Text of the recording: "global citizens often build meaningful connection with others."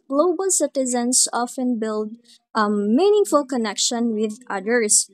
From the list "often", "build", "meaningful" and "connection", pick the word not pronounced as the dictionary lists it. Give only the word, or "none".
none